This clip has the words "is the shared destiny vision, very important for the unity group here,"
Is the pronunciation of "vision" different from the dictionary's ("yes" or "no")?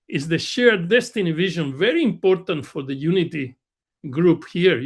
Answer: no